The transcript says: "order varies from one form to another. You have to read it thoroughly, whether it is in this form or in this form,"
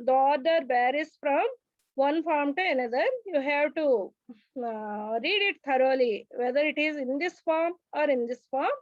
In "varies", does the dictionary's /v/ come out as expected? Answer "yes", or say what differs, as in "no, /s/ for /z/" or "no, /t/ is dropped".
no, /b/ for /v/